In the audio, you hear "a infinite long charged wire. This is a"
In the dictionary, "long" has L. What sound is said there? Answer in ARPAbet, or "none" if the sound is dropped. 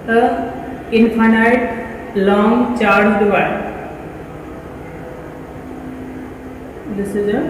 L